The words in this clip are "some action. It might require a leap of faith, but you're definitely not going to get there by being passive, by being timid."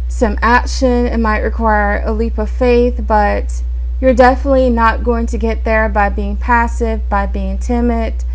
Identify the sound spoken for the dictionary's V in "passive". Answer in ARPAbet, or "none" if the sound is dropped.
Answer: V